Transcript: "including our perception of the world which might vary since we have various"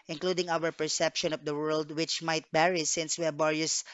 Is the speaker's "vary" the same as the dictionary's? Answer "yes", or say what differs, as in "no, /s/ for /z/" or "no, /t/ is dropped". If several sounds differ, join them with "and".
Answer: no, /b/ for /v/